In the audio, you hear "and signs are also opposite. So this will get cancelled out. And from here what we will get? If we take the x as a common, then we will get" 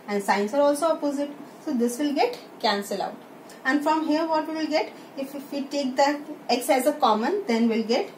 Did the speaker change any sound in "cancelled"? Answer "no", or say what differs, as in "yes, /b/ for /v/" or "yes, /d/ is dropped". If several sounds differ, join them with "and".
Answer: yes, /d/ is dropped